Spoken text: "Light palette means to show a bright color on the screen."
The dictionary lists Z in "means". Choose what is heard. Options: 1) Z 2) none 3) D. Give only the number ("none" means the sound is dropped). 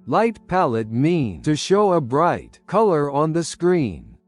2